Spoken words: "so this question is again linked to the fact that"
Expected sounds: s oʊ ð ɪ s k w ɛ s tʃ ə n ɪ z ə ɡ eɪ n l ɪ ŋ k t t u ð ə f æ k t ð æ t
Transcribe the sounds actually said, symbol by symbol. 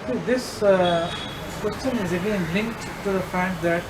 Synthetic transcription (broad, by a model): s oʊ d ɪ s k w ɛ s tʃ ə n ɪ z ə ɡ eɪ n l ɪ ŋ k t t u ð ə f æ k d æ t